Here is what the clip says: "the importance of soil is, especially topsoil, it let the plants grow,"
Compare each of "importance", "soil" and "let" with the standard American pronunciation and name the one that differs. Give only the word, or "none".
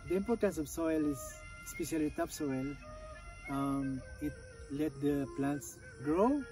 none